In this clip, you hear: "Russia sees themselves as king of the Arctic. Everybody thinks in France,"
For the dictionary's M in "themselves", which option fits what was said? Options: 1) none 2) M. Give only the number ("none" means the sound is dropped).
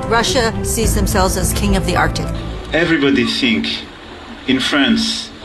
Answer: 2